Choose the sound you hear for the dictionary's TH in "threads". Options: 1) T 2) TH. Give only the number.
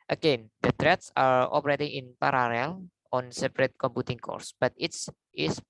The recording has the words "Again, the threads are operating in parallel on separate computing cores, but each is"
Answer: 1